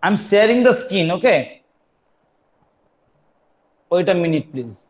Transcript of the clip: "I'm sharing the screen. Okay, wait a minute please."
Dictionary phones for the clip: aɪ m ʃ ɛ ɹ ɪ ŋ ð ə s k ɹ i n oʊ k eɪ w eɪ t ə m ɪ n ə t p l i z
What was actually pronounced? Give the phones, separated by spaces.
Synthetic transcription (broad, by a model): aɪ m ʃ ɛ ɹ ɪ ŋ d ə s k i n oʊ k eɪ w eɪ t ə m ɪ n ə t p l i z